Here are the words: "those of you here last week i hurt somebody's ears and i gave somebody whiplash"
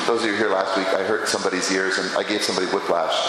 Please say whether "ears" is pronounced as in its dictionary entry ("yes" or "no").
yes